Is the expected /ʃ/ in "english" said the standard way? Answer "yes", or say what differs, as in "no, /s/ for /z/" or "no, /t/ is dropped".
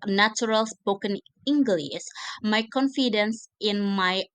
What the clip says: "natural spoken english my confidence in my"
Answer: no, /s/ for /ʃ/